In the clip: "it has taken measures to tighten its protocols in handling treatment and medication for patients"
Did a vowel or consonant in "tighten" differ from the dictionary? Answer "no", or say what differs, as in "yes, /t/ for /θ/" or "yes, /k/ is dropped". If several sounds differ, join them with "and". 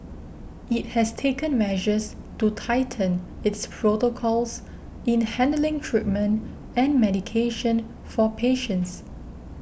no